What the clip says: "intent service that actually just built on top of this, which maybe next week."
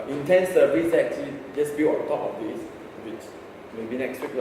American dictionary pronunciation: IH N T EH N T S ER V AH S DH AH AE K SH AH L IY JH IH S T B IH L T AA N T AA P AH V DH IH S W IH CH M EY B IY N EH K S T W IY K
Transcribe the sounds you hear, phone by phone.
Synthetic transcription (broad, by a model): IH N T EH N S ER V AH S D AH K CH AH L IY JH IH S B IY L AA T AA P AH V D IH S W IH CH M EY B IY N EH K S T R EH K